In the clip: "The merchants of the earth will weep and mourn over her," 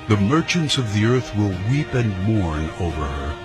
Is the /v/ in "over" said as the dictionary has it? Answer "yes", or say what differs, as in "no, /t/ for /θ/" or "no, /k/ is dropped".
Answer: yes